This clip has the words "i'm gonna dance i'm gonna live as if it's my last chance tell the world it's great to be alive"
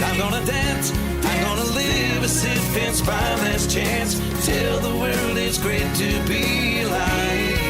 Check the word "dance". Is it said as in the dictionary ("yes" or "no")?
yes